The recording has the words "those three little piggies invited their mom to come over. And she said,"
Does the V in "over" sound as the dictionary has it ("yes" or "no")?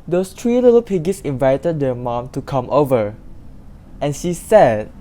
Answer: yes